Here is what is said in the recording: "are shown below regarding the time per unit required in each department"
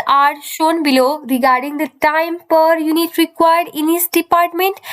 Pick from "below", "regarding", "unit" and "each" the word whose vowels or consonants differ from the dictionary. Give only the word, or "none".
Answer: each